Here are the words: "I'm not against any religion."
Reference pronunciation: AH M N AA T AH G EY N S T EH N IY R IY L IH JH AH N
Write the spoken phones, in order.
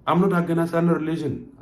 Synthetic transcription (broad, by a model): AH M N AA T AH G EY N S AA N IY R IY L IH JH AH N